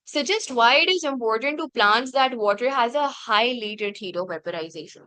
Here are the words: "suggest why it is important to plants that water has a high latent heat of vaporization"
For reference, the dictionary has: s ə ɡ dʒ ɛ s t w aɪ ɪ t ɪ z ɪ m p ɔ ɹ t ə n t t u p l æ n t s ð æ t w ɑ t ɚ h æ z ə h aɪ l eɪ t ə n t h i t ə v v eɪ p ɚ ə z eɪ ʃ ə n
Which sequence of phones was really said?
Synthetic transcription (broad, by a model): s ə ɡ dʒ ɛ s t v aɪ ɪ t ɪ z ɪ m p ɔ ɹ t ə n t t u p l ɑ n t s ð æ t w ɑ t ɚ h æ z ə h aɪ l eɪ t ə t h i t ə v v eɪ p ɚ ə z eɪ ʃ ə n